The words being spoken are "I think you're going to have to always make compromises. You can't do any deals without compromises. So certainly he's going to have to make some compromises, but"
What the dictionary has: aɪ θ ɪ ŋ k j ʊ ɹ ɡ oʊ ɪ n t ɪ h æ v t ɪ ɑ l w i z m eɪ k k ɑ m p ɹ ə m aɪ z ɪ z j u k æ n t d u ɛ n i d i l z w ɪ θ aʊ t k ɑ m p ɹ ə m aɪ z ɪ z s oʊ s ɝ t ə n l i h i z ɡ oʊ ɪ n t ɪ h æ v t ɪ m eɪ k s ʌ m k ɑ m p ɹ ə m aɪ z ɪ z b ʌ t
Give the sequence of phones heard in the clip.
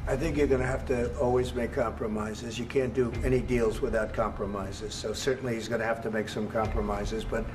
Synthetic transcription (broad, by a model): aɪ θ ɪ ŋ k j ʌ ɹ ɡ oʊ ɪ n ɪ h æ f t ɪ ɑ l w i z m eɪ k k ɑ m p ɹ ə m aɪ z ɪ z j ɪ k æ n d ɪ ɛ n i d i l z w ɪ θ aʊ t k ɑ m p ɹ ə m aɪ z ɪ z s oʊ s ɝ t n l i h i z ɡ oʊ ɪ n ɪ h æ f t ɪ m eɪ k s ʌ m k ɑ m p ɹ ə m aɪ z ɪ z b ʌ t